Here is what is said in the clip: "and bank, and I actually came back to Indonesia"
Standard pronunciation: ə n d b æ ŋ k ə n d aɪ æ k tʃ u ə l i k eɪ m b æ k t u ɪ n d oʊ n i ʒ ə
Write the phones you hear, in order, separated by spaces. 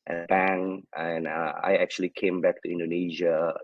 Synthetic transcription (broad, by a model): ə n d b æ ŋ ə n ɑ aɪ æ k tʃ u ə l i k eɪ m b æ k t u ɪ n d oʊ n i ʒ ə